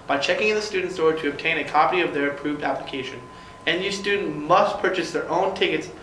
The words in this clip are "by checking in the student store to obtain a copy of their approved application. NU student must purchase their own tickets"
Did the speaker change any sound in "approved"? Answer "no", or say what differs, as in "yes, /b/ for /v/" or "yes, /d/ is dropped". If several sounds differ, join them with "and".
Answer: no